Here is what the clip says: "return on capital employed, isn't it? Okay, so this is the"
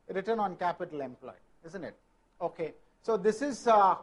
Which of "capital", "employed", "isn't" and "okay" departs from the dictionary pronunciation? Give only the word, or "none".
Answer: employed